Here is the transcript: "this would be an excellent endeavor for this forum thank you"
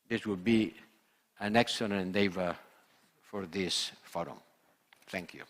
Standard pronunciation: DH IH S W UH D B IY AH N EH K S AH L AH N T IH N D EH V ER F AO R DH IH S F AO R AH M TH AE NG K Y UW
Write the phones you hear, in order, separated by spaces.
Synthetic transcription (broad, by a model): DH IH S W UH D B IY AH N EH K S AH N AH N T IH N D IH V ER F AO R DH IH S F AO R AH M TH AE NG K Y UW